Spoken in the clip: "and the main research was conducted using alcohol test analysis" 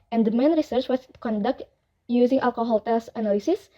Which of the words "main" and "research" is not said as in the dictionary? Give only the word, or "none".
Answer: none